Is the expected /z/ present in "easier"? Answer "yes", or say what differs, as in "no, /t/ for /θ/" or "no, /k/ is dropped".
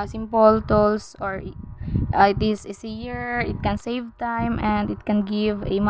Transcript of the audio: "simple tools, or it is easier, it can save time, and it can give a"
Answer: no, /s/ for /z/